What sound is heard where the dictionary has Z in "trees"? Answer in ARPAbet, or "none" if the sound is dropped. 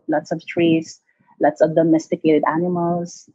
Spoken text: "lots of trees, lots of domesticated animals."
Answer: S